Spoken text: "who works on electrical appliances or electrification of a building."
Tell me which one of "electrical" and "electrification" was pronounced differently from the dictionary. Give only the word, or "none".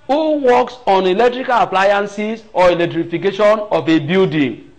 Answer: none